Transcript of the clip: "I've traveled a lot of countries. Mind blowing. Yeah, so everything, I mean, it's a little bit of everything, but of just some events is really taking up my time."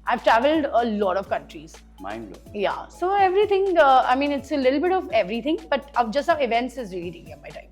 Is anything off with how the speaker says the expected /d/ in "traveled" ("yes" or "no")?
no